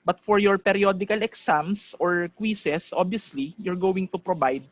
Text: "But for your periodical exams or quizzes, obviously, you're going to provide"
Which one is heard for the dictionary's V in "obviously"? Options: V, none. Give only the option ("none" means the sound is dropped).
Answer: none